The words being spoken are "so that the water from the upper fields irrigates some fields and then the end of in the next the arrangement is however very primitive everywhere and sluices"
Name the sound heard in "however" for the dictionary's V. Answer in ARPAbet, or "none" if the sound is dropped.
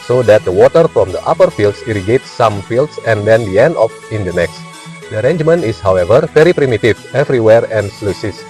V